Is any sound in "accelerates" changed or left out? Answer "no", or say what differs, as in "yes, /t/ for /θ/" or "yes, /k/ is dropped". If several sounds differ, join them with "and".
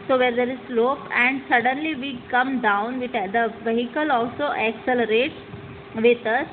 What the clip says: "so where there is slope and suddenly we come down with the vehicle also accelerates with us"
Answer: no